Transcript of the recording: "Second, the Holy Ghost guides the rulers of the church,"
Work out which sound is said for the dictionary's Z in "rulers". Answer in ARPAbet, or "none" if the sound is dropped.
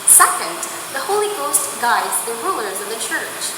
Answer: Z